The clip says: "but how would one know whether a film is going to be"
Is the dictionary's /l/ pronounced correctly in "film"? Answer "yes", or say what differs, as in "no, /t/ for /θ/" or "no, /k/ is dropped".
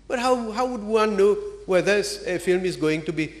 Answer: yes